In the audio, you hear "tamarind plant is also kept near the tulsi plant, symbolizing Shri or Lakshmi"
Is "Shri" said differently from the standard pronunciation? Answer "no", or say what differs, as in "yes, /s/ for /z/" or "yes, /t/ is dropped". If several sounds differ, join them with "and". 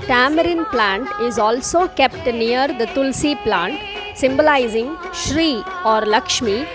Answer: no